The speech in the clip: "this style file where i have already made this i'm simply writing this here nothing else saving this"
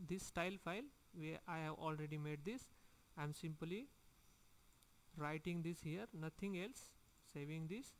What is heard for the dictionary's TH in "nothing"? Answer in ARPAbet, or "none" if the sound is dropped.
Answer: T